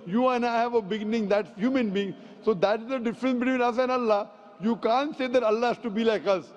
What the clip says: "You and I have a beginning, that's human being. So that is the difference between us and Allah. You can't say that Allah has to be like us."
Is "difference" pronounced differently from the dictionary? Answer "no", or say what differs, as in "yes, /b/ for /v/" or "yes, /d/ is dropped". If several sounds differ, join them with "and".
no